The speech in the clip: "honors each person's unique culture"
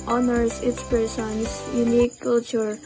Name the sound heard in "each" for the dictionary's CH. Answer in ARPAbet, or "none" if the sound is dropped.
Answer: S